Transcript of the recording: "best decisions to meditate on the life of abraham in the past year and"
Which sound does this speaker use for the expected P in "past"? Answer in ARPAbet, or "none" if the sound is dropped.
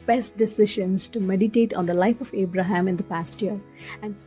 P